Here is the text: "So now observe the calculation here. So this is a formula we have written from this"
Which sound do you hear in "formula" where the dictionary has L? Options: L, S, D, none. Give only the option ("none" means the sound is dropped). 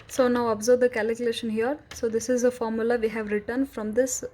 L